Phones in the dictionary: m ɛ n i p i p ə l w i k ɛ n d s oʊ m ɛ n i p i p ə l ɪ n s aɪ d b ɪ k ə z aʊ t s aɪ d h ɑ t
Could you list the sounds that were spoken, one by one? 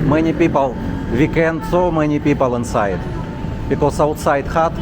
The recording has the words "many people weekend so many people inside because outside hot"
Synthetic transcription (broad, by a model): m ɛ n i p i p ə l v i k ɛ n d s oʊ m ɛ n i p i p ə l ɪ n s aɪ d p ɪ k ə s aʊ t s aɪ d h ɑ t